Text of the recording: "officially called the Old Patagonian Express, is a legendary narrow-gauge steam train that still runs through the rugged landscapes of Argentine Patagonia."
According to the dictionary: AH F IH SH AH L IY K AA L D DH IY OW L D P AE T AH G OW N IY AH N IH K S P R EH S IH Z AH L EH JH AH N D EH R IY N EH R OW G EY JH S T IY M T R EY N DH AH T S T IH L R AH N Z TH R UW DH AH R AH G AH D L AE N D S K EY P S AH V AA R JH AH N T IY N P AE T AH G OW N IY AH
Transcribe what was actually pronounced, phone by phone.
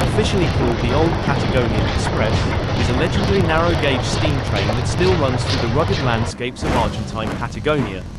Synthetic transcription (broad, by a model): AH F IH SH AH L IY K AA L D DH IY OW L D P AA T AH G OW N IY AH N IH K S P R EH S IH Z AH L EH JH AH D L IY N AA R OW G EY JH S T IY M T R EY N DH AH T S T IH L R AH N Z TH R UW DH AH R AH G AH D L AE N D S K EY P S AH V AA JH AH N T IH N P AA T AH G OW N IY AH